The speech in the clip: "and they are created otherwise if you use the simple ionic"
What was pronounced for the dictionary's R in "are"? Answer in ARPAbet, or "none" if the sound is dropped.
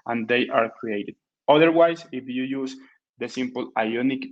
R